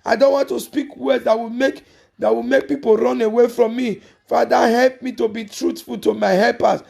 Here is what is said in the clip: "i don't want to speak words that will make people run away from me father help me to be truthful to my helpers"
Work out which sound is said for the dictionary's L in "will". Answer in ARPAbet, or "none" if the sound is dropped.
W